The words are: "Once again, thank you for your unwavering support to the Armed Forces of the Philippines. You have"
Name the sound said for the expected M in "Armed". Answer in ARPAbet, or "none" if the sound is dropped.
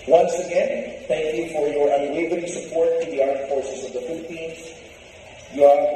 none